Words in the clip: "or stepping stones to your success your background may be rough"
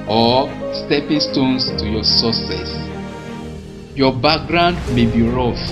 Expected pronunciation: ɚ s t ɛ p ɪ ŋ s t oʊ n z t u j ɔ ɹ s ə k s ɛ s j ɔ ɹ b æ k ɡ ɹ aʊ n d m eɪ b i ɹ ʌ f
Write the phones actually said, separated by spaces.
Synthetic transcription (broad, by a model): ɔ s t ɛ p ɪ ŋ s t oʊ n s t u j ɔ s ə s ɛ s j ɔ b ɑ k ɡ ɹ aʊ n d m eɪ b i ɹ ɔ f